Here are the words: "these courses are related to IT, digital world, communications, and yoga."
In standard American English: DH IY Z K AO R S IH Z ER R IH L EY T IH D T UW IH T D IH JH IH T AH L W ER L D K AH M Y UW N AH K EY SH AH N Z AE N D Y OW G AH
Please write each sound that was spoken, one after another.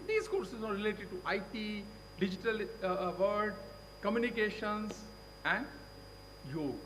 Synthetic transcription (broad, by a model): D IY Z K AO R S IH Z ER R IH L EY T IH D T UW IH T D IH JH IH T AH L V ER D K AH M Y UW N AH K EY SH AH N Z AE N D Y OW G